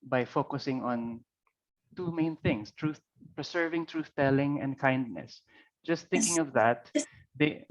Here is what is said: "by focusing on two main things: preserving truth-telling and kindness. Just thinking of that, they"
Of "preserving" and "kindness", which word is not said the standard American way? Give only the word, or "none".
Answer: preserving